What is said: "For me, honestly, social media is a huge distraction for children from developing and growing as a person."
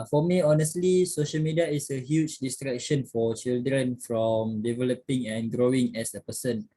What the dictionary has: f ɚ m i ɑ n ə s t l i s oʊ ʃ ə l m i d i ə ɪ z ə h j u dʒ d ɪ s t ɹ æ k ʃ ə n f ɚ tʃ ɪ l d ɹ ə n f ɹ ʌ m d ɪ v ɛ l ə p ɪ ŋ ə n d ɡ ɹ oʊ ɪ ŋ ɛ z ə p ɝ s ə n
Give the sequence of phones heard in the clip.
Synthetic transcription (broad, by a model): f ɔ m i ɑ n ə s t l i s oʊ ʃ ə l m i d i ə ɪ s ə h j u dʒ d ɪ s t ɹ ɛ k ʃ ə n f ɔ tʃ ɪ l d ɹ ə n f ɹ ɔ m d ɪ v ɛ l ə p ɪ ŋ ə n ɡ ɹ oʊ ɪ ŋ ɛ s ə p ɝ s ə n